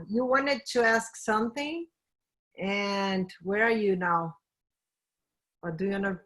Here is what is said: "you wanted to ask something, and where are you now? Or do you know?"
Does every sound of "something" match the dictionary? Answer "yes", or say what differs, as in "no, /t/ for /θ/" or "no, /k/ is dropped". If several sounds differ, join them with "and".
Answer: yes